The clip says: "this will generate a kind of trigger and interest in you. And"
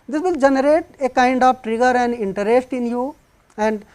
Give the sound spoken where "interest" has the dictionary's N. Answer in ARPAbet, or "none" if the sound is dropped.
N